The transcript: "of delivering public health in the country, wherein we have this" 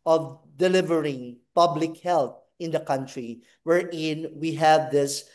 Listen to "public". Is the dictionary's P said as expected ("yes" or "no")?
yes